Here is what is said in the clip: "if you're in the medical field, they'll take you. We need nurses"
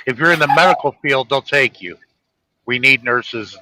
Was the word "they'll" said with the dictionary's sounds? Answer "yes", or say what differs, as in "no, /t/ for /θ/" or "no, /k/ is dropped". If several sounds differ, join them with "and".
no, /n/ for /l/